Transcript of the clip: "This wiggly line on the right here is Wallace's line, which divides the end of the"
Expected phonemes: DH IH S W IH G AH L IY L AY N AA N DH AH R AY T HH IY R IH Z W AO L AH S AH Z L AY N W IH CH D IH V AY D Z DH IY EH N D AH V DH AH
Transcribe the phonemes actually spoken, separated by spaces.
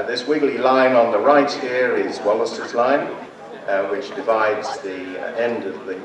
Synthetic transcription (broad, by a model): DH IH S W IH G L IY L AY N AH N DH AH R AY T HH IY R IH Z W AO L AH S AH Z L AY N W IH CH D IH V AY D Z DH IY EH N D AH V DH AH